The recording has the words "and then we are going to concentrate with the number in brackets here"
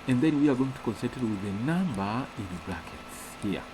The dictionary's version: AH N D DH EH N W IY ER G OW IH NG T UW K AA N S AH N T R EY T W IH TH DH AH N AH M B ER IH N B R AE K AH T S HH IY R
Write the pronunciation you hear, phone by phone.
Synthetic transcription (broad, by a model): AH N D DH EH N W IY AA G OW IH NG T UW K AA N S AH T EY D W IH DH AH N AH M B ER IH N B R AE K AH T S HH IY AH